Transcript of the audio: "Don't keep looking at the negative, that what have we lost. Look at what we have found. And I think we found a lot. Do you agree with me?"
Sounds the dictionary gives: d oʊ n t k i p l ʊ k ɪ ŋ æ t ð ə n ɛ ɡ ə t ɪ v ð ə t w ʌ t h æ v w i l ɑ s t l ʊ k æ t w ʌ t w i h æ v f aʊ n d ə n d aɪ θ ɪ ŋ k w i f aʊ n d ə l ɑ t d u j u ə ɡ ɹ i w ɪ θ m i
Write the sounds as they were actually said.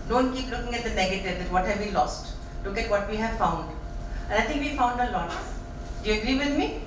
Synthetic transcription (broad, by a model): d oʊ n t k i p l ʊ k ɪ ŋ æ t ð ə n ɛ ɡ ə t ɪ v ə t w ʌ t h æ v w i l ɑ s t l ʊ k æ t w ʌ t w i h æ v f aʊ n d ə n aɪ t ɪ ŋ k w i f aʊ n d ə l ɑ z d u j u ə ɡ ɹ i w ɪ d m i